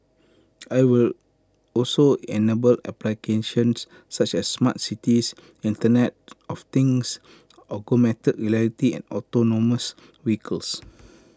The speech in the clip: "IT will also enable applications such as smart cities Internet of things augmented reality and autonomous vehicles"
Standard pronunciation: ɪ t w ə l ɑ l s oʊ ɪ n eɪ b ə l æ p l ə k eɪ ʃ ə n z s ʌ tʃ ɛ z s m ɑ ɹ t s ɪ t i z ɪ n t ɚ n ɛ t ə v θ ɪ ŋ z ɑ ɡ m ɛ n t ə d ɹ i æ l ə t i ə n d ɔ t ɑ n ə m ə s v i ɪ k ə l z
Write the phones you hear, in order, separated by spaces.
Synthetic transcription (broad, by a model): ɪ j w ə l ɑ l s oʊ ɪ n eɪ b ə l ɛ p l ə k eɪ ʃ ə n s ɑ tʃ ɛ s m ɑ t s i t i s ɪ n t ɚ n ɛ t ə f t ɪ ŋ s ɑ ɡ m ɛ t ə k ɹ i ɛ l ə t i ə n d ɔ t ɑ n ə m ə s w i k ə l s